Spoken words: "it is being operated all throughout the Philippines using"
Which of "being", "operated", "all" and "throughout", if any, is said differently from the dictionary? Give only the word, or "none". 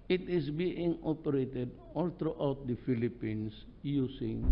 throughout